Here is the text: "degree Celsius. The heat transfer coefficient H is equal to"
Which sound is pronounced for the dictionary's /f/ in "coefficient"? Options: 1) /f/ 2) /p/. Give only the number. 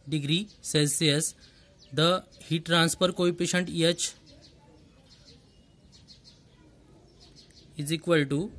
2